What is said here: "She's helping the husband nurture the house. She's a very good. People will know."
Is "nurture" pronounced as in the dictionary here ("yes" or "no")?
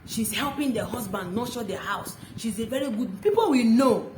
no